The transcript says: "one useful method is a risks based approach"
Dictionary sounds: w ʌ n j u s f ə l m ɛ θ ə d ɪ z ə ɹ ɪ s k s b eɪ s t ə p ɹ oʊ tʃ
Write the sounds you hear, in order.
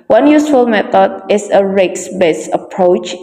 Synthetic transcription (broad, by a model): w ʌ n j u s f ə l m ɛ t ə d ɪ s ə ɹ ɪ k s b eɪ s ə p ɹ oʊ tʃ